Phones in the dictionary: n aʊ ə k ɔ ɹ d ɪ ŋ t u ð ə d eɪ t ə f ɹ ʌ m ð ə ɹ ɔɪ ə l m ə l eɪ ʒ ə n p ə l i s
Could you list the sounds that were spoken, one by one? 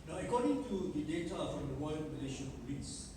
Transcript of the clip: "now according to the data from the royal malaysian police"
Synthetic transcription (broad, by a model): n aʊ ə k ɔ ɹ d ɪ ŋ t u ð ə d eɪ t ə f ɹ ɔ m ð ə w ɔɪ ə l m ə l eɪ ʃ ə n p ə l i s